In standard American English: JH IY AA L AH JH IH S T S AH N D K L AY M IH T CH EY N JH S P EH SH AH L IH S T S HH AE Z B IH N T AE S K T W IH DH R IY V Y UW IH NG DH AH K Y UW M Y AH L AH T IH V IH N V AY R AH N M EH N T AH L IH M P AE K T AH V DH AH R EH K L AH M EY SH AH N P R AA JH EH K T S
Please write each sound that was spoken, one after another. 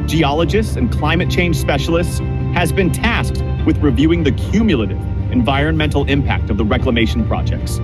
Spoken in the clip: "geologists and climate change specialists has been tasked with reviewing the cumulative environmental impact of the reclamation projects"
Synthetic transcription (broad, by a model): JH IY AA L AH JH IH S T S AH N K L AY M IH T CH EY N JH S P EH SH L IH S T S HH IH Z B IH N T AE S K T W IH DH R IY V Y UW IH NG DH AH K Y UW M Y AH L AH T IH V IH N V AY R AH N M EH N T L IH M P AE K T AH V DH AH R EH K L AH M EY SH N P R AA JH EH K T S